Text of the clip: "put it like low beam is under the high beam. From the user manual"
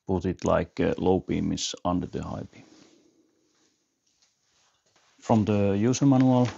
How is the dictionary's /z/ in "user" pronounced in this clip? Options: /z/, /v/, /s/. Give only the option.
/s/